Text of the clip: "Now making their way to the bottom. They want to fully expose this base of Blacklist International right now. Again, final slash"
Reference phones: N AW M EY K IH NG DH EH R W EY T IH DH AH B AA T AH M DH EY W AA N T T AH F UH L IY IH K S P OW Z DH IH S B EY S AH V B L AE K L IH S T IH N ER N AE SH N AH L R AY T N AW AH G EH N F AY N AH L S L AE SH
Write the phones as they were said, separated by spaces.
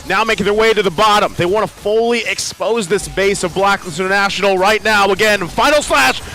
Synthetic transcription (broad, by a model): N AW M EY IH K DH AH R W EY T IH DH AH B AA T AH M DH EY W AA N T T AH F UH L IY IH K S P OW Z DH IH S B EY S AH V B L AE K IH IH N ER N AE SH N L R AY T N AW AH G EH N F AY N L S L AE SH